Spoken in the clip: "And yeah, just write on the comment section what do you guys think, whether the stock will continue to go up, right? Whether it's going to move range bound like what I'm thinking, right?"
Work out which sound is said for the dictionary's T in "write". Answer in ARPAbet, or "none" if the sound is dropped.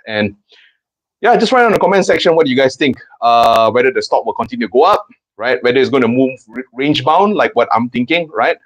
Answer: none